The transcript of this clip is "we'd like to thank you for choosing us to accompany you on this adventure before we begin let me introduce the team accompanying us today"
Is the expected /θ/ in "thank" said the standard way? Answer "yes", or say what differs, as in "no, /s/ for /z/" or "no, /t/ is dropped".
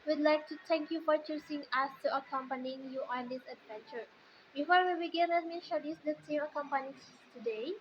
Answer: no, /t/ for /θ/